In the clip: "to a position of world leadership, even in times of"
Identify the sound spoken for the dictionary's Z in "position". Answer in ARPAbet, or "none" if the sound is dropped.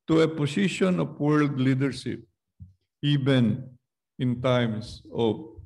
S